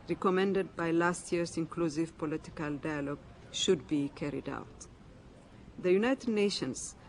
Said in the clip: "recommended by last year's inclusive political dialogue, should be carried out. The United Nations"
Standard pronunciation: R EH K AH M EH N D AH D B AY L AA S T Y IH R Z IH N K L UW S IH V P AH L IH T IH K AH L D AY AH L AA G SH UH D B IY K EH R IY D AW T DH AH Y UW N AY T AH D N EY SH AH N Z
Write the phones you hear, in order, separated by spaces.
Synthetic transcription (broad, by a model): R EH K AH M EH N D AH D B AY L AA S T Y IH R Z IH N K L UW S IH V P AH L IH T IH K AH L D AY AH L AA G SH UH D B IY K EH R IY D AW T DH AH Y UW N AY T AH D N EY SH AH N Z